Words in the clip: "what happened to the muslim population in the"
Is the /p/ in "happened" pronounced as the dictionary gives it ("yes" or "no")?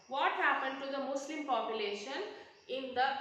yes